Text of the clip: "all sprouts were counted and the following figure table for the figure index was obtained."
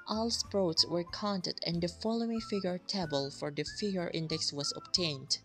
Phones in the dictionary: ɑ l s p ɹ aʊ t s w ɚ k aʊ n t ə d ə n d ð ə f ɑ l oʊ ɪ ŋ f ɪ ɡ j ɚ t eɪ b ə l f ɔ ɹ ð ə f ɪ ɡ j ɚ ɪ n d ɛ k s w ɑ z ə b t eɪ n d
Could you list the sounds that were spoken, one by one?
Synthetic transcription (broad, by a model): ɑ l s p ɹ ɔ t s w ɚ k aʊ n t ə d ə n d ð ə f ɑ l oʊ ɪ ŋ f ɪ ɡ j ɚ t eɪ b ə l f ɔ ɹ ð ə f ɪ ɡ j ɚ ɪ n d ɛ k s w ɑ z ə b t eɪ n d